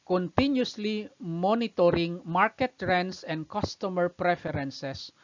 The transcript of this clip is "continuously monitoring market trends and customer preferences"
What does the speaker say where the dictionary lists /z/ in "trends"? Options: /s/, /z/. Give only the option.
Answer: /s/